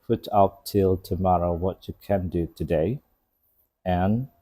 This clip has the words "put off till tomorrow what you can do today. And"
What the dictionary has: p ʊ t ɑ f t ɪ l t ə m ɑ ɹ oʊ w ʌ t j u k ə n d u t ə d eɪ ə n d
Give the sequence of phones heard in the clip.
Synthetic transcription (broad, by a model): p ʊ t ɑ p t ɪ l t ə m ɑ ɹ oʊ w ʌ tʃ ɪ k ə n d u t ə d eɪ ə n